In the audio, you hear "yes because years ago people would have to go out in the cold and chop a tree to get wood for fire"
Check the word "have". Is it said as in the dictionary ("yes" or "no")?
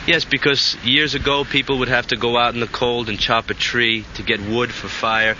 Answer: no